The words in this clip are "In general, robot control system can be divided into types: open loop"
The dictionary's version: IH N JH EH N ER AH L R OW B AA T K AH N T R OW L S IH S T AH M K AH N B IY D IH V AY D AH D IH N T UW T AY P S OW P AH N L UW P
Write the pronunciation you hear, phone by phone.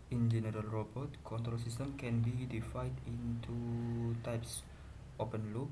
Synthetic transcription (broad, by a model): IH N JH EH N ER AH L R OW B AA T K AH N T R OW S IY S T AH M K AH N B IY D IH F AY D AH N T UW T AY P S OW P AH N L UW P